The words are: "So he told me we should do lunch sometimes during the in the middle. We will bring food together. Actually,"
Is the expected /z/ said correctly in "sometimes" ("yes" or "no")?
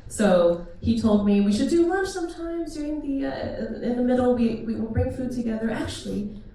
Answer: yes